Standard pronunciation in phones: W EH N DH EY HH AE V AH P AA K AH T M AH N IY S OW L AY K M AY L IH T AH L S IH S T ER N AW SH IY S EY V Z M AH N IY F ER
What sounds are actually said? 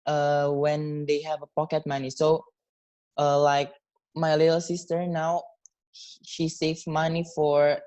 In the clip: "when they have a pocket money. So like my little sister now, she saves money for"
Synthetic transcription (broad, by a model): W EH N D EY HH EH V AH P AA K AH T M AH N IY S OW L AY K M AY L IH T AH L S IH S T ER N AW SH IY S EY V M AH N IY F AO